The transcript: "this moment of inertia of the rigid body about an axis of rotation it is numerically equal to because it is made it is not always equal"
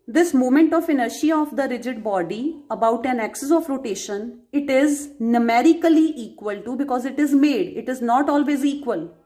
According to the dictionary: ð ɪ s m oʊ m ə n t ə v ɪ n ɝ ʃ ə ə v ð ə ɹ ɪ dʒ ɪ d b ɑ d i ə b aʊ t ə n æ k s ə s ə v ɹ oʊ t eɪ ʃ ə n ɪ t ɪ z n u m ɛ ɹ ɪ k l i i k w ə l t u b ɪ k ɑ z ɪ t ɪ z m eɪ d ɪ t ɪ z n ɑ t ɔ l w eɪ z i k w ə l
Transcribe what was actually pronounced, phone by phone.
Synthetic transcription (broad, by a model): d ɪ s m oʊ m ə n t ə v ɪ n ɝ ʃ ə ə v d ə ɹ ɪ dʒ ɪ d b ɑ d i ə b aʊ t ə n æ k s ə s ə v ɹ oʊ t eɪ ʃ ə n ɪ t ɪ z n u m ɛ ɹ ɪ k l i i k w ə l t u b ɪ k ɑ z ɪ t ɪ z m eɪ d ɪ t ɪ z n ɑ t ɔ l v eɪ z i k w ə l